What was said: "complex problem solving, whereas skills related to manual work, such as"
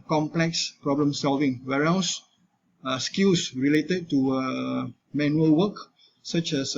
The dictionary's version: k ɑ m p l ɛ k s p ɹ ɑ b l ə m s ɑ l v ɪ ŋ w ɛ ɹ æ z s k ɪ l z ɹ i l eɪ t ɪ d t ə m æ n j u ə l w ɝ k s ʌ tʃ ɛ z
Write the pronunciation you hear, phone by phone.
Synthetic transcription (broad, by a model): k ɑ m p l ɛ k s p ɹ ɑ b l ə m s ɑ l v ɪ ŋ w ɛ ɹ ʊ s s k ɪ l s ɹ i l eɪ t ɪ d t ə m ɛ n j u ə l w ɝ k s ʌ tʃ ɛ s